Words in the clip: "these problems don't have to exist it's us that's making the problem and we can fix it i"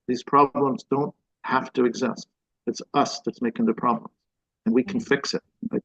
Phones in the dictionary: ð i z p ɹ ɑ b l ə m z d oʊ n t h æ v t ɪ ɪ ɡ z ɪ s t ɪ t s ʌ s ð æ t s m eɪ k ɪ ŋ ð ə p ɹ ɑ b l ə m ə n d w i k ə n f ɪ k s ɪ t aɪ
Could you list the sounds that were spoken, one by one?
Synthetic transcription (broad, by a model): ð i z p ɹ ɑ b l ə m z d oʊ n t h æ f t ɪ ɪ ɡ z ɪ s t ɪ t s ʌ s ð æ t s m eɪ k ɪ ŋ ð ə p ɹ ɑ b l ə m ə n w i k n f ɪ k s ɪ t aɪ